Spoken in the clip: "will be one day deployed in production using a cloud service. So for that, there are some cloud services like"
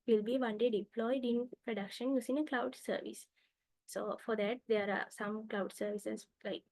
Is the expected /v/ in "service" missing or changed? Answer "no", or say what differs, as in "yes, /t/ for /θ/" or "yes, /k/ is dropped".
no